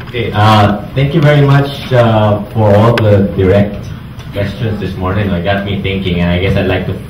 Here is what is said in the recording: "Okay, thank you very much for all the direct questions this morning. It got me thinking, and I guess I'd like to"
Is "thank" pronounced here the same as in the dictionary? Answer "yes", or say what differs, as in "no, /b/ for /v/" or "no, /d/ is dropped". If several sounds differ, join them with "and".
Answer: no, /t/ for /θ/